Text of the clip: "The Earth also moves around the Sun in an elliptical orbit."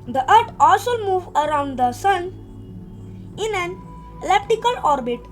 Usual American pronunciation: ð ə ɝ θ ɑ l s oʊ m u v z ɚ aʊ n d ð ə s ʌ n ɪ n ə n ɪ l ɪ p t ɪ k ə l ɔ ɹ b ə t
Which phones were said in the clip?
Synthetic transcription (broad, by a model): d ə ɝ t ɑ l s oʊ m u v ɚ aʊ n d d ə s ʌ n ɪ n ə n l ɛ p t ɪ k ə l ɔ ɹ b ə t